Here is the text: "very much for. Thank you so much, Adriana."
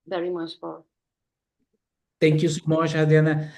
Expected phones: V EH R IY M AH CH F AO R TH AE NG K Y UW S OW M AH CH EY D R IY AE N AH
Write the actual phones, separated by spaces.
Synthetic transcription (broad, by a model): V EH R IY M AH CH F AO R T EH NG K Y UW S OW M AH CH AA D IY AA N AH